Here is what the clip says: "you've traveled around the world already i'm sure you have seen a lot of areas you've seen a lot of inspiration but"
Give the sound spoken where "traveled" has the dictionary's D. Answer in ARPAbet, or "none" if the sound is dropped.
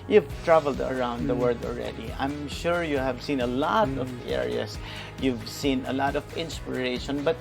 D